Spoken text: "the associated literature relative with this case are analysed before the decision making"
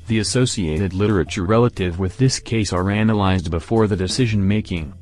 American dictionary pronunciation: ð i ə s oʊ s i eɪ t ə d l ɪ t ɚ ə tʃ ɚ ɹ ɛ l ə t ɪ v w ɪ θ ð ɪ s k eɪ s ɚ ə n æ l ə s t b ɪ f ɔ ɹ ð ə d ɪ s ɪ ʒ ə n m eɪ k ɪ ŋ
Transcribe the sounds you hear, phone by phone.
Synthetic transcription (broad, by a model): ð i ə s oʊ s i eɪ t ə d l ɪ t ɚ ə tʃ ɚ ɹ ɛ l ə t ɪ v w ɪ ð ɪ s k eɪ s ɚ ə n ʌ l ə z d b ɪ f ɔ ɹ ð ə d ɪ s ɪ ʒ ə n m eɪ k ɪ ŋ